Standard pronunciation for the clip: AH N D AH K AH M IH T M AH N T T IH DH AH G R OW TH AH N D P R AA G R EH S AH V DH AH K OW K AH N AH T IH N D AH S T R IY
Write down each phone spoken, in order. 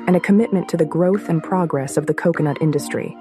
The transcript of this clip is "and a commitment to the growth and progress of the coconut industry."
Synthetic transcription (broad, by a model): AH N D AH K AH M IH T M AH N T T IH DH AH G R OW TH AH N P R AA G R EH S AH V DH AH K OW K AH N AH T IH N D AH S T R IY